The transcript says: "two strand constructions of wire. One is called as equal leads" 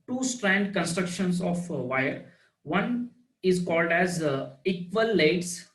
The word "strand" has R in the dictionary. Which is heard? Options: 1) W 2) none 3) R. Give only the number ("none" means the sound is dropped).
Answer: 3